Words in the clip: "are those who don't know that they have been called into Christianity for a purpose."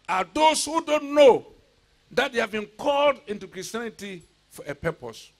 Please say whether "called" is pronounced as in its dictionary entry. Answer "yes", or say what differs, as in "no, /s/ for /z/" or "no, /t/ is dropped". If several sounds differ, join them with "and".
yes